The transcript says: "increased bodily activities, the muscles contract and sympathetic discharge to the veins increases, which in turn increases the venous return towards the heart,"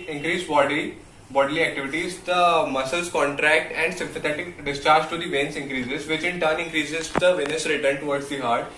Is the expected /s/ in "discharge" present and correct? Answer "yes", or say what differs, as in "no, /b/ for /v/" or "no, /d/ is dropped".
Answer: yes